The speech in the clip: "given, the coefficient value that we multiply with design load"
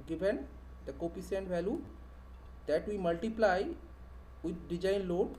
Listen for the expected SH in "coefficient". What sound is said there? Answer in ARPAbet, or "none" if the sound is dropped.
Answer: S